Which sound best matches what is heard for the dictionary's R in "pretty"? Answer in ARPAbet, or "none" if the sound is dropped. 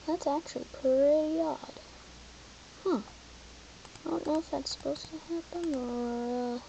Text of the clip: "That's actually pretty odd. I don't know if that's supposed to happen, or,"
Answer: none